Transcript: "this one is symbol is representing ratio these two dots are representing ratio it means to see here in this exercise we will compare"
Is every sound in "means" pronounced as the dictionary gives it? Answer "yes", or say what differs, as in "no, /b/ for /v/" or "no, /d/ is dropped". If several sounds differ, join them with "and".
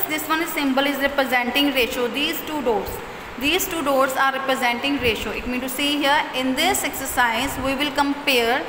no, /z/ is dropped